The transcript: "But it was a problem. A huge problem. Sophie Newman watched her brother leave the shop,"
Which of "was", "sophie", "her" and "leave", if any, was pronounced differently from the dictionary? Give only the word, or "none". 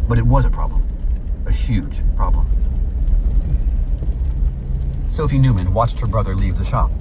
none